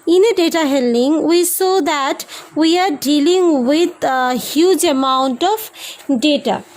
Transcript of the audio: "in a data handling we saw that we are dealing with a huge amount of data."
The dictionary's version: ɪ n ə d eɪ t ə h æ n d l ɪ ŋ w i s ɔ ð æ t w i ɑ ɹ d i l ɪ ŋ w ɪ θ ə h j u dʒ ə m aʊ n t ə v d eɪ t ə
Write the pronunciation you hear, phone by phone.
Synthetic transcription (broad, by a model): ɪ n ə d eɪ t ə h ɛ l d ɪ ŋ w i s ɔ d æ t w i ɑ ɹ d i l ɪ ŋ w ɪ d h j u dʒ ə m aʊ n t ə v d eɪ t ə